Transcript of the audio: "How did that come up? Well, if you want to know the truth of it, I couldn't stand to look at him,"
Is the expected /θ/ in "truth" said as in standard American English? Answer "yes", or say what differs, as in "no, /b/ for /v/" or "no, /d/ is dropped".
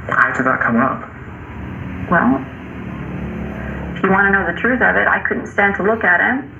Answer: yes